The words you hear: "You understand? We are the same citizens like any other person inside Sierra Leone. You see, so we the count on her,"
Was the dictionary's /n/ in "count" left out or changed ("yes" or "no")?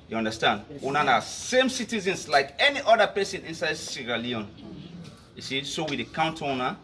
no